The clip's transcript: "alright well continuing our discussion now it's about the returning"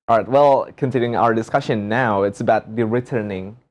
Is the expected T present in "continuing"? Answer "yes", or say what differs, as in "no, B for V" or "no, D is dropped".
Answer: no, S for T